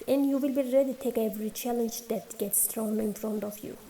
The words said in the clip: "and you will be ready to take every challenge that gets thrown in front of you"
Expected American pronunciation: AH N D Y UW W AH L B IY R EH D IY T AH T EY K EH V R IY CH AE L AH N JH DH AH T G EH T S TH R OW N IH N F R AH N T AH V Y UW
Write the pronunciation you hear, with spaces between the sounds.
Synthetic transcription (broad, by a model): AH N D Y UW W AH L B IY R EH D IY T T EY K EH V R IY CH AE L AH N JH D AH T G EH T S T R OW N IH N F R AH N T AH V Y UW